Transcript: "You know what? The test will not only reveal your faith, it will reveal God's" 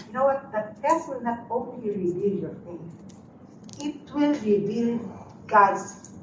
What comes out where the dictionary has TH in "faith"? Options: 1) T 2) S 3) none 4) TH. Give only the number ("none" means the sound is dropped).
2